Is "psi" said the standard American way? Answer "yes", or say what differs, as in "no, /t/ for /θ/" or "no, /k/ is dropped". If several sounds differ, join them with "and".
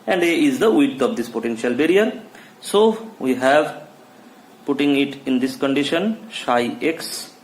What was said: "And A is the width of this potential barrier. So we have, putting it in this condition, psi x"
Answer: no, /ʃ/ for /s/